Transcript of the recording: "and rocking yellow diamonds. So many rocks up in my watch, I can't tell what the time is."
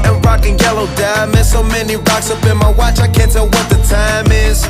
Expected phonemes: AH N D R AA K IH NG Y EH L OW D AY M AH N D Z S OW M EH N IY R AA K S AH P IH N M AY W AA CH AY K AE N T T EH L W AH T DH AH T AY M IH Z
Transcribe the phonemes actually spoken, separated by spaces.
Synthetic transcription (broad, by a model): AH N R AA K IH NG Y EH L OW D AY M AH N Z S OW M EH N IY R AA K S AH B IH N M AY W AA CH AY K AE N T T EH L W AH T DH AH T AY M IH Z